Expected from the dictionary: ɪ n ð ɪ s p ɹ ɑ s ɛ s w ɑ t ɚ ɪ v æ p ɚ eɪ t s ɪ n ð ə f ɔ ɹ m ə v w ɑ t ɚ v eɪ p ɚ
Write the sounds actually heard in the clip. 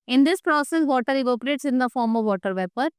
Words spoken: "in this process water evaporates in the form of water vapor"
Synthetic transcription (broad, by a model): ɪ n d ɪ s p ɹ ɑ s ɛ s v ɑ t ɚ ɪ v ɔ p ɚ eɪ t s ɪ n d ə f ɔ ɹ m ə v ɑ t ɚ v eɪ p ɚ